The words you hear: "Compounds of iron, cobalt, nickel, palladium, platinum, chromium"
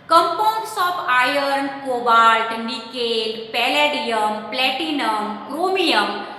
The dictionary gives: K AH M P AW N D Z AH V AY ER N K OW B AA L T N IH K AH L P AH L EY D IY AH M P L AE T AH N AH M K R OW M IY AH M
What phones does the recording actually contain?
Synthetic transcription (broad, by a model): K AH M P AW N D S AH P AY ER N K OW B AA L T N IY K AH L P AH L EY D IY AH M P L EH T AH N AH M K R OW M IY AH M